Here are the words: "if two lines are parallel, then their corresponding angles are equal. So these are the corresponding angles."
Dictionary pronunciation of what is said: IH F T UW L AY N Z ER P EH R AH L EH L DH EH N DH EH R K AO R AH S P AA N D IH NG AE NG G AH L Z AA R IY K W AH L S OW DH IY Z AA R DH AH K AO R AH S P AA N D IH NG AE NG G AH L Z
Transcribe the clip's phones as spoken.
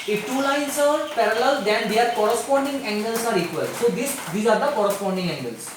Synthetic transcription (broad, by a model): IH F T UW L AY N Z ER P EH R AH L EH L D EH N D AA R K AO R AH S P AA N D IH NG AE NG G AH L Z AA R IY K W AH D S OW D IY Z AA R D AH K AO R AH S P AA N D IH NG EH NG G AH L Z